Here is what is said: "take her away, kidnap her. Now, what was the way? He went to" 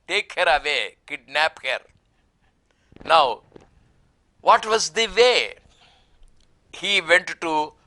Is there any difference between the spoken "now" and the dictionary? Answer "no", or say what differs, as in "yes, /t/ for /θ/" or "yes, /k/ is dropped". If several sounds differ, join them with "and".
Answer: no